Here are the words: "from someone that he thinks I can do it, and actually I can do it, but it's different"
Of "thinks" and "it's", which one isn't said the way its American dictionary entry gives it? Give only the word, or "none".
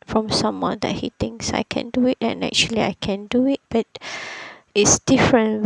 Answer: thinks